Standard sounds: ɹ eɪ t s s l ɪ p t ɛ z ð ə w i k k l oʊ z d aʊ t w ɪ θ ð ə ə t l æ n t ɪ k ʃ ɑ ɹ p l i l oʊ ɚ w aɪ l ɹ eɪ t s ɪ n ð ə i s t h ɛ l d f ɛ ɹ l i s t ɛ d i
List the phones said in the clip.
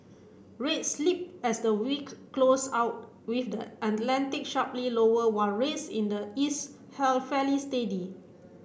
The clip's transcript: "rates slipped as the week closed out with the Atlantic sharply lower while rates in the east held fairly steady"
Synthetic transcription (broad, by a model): ɹ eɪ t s s l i p ɛ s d ə w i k k l oʊ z aʊ t w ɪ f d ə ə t l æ n t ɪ k ʃ ɑ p l i l oʊ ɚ w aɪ n ɹ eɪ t s ɪ n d ə i s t h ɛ l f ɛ l i s t ɛ d i